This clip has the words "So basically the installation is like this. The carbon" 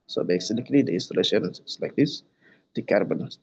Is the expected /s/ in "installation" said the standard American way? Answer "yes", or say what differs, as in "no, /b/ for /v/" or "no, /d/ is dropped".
yes